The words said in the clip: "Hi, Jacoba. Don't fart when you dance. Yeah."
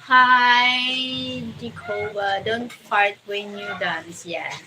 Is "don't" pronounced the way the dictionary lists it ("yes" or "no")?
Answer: yes